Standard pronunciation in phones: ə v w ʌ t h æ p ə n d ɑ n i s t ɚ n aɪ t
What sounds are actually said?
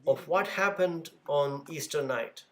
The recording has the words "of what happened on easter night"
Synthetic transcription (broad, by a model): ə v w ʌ t h æ p ə n d ɑ n i s t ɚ n aɪ t